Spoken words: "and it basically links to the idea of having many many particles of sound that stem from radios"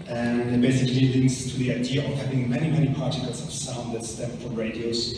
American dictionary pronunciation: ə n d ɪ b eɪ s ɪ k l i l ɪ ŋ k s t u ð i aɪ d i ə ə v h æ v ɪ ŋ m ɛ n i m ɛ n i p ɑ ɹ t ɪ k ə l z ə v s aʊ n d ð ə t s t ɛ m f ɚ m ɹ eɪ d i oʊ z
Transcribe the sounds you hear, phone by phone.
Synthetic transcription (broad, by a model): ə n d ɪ b eɪ s ɪ k l i l ɪ ŋ k s t u ð i aɪ d i ə ə v h æ v ɪ ŋ m ɛ n i m ɛ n i p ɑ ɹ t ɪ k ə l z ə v s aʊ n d ð ə t s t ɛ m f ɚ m ɹ eɪ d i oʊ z